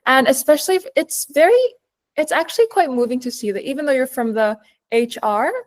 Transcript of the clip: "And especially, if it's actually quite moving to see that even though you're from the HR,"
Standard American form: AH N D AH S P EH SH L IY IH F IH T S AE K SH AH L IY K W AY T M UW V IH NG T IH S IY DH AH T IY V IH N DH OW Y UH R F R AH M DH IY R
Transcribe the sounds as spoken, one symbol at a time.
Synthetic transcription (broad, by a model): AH N AH S P EH SH L IY IH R IH T S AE K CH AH L IY K W AY T M UW V IH NG T IH S IY DH AH T IY V IH N DH OW Y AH R F R AH M DH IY R